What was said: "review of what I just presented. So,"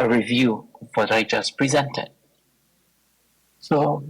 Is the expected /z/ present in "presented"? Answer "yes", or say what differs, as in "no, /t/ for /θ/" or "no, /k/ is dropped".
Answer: yes